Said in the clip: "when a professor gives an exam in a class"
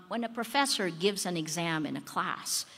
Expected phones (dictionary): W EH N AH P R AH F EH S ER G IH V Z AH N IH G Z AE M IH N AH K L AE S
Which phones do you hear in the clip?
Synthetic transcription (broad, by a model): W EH N AH P R AH F EH S ER G IH V Z AH N IH G Z AE M IH N AH K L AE S